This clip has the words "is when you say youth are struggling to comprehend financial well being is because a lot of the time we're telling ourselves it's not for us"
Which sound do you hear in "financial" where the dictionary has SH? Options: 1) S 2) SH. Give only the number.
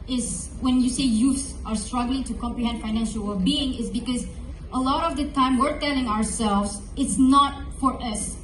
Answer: 2